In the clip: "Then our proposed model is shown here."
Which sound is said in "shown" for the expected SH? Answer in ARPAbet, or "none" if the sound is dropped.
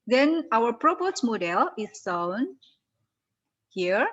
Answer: S